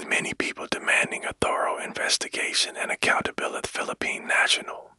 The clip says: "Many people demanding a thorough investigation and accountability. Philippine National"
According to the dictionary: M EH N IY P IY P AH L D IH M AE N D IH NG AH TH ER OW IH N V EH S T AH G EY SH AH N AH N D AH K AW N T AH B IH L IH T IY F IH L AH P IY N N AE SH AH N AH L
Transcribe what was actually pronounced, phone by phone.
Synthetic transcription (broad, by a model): M EH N IY P IY P L D IH M AE N D IH NG AH TH ER OW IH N V EH S T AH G EY SH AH N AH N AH K AW N T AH B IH L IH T F IH L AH P IY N N AE SH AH N L